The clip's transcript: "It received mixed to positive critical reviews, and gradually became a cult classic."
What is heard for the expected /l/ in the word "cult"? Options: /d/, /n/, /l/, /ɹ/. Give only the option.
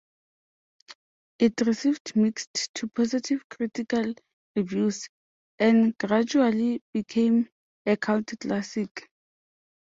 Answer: /n/